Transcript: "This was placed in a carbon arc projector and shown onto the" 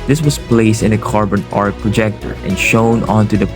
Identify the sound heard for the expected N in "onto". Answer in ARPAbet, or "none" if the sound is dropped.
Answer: N